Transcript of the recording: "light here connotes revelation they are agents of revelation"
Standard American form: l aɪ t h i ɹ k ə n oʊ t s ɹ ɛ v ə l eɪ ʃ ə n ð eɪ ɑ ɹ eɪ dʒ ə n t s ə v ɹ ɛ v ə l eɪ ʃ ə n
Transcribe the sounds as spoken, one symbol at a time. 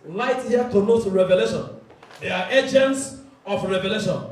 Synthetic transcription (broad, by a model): l aɪ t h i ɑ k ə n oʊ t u ɹ ɛ v ə l eɪ ʃ ə n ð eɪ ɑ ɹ eɪ dʒ ə n t s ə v ɹ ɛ v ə l eɪ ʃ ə n